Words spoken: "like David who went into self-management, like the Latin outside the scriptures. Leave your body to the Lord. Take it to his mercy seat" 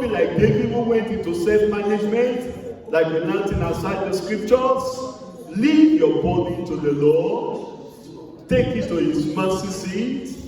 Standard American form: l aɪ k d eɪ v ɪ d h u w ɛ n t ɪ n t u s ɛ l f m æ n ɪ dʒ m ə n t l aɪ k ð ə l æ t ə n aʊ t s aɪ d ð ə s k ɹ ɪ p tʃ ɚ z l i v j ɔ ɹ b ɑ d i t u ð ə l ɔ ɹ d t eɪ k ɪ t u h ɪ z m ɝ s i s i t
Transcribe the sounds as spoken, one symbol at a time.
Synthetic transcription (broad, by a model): l aɪ k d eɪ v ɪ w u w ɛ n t ɪ n t u s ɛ f m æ n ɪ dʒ m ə n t l aɪ k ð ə n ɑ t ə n aʊ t s aɪ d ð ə s k ɹ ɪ p tʃ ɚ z l i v j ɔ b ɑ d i t u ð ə l ɔ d t eɪ k ɪ t u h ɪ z m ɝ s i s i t